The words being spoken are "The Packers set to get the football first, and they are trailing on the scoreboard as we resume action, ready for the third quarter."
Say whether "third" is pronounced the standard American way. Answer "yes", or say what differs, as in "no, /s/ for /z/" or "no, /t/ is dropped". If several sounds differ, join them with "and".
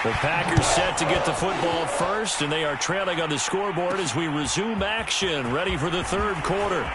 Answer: yes